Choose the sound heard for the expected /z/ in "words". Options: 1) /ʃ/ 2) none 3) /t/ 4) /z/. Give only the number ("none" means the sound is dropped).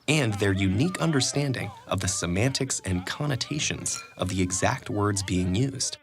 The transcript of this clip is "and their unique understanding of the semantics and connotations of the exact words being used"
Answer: 4